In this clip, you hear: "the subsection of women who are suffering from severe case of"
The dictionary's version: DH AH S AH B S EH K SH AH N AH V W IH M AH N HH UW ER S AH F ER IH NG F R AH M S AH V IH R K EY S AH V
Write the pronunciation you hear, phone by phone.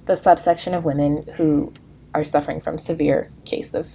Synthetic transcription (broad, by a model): DH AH S AH B S EH K SH AH N AH V W IH M AH N HH UW ER S AH F ER IH NG F R AH M S AH V IH R K EY S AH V